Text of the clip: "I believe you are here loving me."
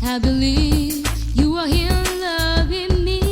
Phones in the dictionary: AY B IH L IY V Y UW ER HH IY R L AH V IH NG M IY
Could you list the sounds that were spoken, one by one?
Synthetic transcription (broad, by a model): AY B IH L IY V Y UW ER HH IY L L AH V IH NG M IY